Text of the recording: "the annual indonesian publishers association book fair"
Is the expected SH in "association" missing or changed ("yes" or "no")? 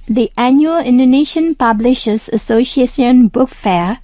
yes